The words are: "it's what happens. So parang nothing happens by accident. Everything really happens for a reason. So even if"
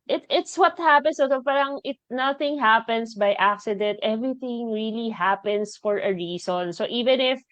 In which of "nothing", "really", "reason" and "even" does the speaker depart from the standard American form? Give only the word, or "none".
reason